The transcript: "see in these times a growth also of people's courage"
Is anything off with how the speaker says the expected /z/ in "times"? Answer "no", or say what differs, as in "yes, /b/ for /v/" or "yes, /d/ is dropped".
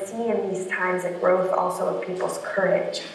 no